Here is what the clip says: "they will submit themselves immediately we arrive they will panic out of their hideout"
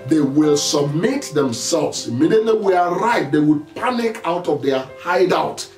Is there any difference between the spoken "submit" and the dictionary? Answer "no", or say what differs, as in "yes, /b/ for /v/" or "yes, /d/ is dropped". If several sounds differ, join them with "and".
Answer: no